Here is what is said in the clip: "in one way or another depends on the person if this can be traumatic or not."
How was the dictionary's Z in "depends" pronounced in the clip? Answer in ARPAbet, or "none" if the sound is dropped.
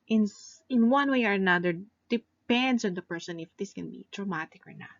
S